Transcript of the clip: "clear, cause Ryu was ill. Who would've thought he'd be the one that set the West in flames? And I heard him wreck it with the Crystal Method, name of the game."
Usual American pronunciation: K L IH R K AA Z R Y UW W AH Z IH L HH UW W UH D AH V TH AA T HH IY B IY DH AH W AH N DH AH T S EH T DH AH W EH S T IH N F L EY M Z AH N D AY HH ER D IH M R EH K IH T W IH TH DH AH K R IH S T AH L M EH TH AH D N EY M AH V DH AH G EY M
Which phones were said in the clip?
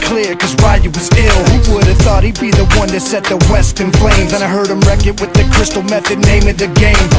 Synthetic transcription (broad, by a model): K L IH R K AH Z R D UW W AH Z IH L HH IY W UH D AH V TH AA T HH IY B IY DH AH W AH N DH AH T S EH T DH AH W EH S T IH N P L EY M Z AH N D AY HH ER D IH M R EH K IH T W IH DH AH K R IH S T L M EH TH AH D N EY M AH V DH AH G EY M